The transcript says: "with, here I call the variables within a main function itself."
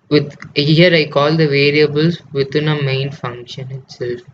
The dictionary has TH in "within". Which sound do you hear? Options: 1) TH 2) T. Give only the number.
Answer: 2